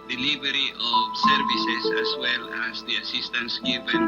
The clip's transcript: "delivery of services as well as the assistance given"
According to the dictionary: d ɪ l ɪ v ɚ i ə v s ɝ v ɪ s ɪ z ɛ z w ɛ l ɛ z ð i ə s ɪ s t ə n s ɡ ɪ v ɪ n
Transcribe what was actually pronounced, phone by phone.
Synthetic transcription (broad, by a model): d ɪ l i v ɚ i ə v s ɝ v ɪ s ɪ s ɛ s w ɛ l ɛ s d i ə s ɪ s t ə n s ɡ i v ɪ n